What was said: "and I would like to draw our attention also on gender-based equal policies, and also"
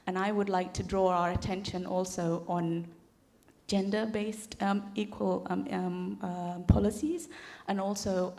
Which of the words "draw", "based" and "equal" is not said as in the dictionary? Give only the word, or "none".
none